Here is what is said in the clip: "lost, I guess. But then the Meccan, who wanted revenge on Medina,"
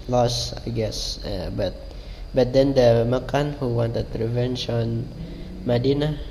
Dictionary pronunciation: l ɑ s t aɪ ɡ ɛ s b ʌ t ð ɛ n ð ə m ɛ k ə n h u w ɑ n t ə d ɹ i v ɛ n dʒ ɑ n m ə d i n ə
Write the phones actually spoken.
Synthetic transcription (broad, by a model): l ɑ s aɪ ɡ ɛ s b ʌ t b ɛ n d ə m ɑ k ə n h u w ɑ n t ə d ɹ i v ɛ n ʃ ɑ n m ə d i n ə